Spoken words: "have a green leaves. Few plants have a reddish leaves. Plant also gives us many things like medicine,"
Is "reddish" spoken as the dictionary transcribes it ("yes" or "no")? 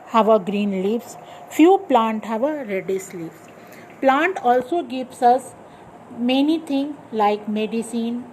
no